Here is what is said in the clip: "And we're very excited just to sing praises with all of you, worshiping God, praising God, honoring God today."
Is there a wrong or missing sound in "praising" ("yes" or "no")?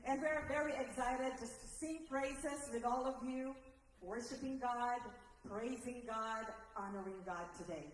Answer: no